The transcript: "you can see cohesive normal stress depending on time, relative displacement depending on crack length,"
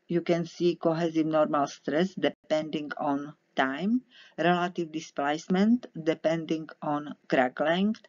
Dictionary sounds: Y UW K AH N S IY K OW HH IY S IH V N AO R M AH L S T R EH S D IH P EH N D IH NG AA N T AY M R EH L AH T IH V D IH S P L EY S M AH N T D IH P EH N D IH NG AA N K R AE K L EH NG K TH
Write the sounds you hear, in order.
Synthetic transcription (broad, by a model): Y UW K AH N S IY K OW HH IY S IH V N AO R M AH L S T R EH S D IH P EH N D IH NG AA N T AY M R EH L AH T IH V D IH S P L EY S M AH N T D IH P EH N D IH NG AA N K R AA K L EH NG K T